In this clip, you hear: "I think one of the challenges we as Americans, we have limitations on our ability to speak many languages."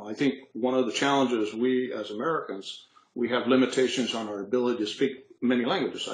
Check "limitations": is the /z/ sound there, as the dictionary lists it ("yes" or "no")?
yes